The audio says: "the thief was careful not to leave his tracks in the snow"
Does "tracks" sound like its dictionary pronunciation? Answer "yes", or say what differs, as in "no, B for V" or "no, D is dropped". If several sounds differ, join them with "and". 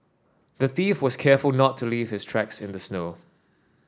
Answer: yes